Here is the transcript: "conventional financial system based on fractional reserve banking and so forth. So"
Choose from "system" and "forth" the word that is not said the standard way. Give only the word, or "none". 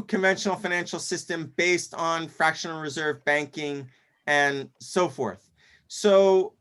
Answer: none